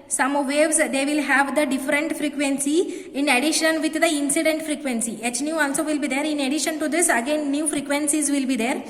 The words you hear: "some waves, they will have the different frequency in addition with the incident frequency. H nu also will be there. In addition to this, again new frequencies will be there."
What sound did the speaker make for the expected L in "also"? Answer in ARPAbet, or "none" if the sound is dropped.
N